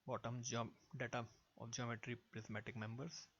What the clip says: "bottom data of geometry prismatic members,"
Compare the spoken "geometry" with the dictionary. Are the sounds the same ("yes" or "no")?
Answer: yes